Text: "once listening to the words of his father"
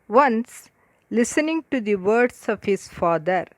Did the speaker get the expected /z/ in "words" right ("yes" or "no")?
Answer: no